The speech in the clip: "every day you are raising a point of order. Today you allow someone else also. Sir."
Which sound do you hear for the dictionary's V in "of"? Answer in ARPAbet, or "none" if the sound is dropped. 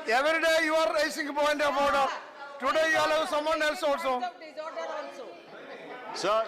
B